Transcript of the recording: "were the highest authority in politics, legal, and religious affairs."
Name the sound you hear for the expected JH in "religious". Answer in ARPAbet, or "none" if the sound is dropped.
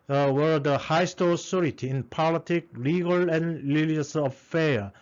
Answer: none